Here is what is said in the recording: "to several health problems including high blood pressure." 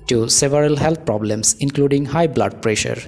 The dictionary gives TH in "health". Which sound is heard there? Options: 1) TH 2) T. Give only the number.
2